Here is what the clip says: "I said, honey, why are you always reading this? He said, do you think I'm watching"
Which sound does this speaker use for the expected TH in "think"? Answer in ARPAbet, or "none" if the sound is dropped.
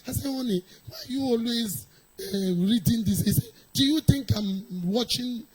T